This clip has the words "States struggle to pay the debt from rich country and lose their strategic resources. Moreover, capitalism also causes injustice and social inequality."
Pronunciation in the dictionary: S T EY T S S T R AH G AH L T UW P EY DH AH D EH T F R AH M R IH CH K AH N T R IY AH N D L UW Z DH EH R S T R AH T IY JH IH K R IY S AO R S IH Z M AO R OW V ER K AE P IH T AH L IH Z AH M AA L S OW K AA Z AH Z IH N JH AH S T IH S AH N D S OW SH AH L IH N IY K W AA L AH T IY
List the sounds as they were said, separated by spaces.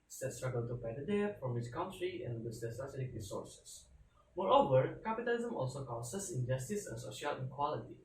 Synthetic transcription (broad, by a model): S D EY T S S T R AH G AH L T UW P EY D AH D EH F R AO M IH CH K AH N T R IY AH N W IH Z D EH S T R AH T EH JH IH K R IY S AO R S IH S M AO R OW V ER K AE P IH T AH L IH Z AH M AA L S OW K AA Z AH S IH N JH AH S T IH S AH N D S OW SH AH L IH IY K W AA L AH T IY